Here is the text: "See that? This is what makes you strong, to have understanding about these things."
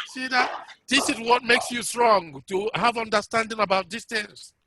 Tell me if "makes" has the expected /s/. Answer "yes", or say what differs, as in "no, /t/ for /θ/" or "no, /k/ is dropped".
yes